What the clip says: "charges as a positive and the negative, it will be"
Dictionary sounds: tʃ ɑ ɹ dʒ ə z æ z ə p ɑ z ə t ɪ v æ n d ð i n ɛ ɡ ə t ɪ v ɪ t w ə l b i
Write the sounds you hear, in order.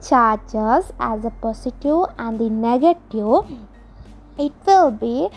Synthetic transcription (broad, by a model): tʃ ɑ ɹ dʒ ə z æ z ə p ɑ s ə t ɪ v æ n d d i n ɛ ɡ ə t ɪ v ɪ t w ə l b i